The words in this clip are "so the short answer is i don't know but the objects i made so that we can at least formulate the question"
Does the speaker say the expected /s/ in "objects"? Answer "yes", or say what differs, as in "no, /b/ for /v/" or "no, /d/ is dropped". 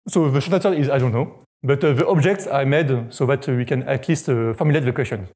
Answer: yes